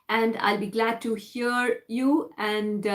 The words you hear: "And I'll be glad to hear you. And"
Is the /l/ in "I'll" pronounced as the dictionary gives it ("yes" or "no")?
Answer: yes